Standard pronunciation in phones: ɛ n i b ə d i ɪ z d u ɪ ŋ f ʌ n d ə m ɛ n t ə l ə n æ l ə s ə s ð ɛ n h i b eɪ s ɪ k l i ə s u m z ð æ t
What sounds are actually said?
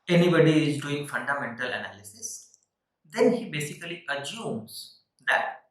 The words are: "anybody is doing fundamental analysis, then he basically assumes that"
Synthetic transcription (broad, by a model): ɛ n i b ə d i ɪ z d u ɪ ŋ f ʌ n d ə m ɛ n t ə l ə n æ l ə s ə s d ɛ n h i b eɪ s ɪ k l i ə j u m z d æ t